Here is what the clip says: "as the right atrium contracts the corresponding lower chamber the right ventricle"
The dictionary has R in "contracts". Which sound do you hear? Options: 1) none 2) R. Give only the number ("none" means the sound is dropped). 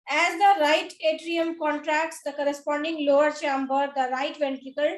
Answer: 2